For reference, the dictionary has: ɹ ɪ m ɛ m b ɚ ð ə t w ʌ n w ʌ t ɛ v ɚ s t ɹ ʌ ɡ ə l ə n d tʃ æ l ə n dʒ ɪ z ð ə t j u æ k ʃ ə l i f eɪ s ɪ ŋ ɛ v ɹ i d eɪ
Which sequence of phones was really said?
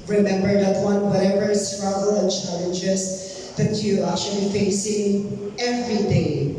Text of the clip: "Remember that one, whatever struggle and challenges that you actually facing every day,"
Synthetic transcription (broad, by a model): ɹ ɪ m ɛ m b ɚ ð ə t w ʌ n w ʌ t ɛ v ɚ s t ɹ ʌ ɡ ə l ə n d tʃ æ l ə n dʒ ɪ s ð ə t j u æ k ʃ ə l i f eɪ s ɪ ŋ ɛ v ɹ i d eɪ